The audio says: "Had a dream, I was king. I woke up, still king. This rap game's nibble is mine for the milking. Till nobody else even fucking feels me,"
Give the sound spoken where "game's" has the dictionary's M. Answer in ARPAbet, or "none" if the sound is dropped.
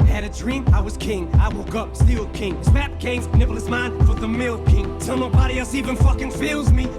none